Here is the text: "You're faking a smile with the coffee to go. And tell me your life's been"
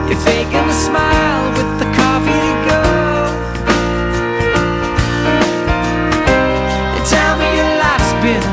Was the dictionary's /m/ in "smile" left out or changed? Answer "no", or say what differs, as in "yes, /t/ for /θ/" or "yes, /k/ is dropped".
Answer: no